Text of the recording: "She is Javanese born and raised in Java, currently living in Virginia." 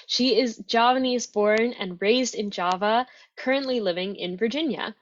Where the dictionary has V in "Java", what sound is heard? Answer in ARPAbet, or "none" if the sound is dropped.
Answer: V